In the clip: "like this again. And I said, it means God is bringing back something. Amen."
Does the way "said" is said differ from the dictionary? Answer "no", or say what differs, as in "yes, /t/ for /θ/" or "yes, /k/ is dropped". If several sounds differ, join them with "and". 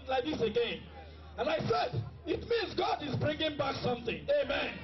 no